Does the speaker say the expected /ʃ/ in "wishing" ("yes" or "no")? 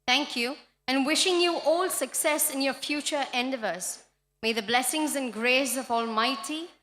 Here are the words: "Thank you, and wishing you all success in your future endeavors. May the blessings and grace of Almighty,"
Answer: yes